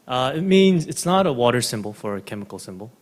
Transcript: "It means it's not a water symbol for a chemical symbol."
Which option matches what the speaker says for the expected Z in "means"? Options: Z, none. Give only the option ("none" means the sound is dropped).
Z